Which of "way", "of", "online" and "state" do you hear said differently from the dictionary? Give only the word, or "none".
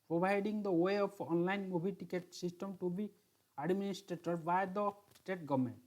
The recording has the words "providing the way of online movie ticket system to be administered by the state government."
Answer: of